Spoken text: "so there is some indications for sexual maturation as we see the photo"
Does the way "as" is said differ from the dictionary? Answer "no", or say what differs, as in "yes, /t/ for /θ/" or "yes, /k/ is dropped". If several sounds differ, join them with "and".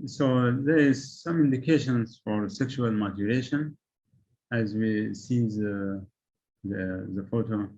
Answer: no